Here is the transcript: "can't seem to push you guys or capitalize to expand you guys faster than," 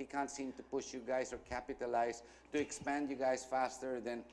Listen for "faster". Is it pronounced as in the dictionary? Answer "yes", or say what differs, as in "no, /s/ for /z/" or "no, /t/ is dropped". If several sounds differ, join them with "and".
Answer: yes